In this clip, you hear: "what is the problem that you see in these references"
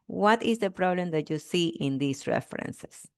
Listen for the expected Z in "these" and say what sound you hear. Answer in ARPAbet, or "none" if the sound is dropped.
S